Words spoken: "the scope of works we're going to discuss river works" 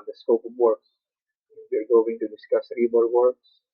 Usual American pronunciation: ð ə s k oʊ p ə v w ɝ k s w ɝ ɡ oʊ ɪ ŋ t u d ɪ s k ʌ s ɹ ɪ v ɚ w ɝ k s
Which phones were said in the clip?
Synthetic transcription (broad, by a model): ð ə s k oʊ p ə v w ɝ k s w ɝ ɡ oʊ ɪ ŋ t u d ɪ s k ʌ s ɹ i b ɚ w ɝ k s